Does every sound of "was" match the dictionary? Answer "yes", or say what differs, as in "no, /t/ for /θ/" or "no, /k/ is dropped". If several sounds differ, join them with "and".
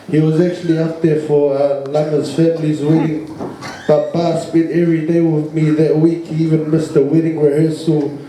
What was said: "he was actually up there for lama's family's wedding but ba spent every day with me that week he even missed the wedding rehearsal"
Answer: yes